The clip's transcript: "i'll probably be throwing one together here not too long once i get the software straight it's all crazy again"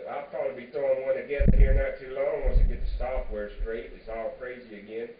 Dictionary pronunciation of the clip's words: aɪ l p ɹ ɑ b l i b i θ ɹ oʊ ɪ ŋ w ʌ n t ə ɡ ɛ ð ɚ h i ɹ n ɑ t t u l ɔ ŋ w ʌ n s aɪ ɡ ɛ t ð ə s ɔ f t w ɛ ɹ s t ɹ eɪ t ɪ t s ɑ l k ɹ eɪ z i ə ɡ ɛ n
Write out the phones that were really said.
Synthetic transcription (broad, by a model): aɪ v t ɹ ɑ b i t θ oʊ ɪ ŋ w ʌ n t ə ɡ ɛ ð h i ɹ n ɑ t t u l ɔ ŋ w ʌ s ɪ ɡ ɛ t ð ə s ɔ f t w ɛ ɹ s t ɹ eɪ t ɪ t s ɑ l k ɹ eɪ z i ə ɡ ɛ n